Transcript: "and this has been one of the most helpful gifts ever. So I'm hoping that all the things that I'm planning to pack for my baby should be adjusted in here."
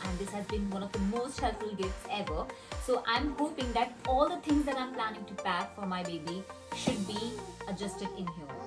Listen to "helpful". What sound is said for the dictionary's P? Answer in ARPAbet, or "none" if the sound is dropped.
none